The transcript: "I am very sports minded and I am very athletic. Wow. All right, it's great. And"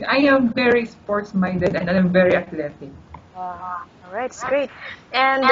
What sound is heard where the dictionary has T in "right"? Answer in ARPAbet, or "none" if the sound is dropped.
none